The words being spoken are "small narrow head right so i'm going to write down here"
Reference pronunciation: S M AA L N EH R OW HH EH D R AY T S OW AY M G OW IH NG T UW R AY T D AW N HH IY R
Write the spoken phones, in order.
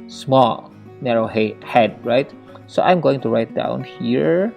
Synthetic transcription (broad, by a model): S M AA L N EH R OW HH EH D R AY T S OW AY M G OW IH NG T UW R AY T D AW N HH IY R